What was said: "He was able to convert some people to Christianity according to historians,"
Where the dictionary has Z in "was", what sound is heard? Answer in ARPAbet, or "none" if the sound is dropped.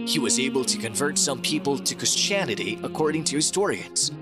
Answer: Z